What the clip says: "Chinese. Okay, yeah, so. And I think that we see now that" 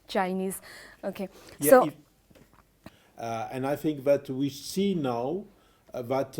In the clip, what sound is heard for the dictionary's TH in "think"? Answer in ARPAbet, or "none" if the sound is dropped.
TH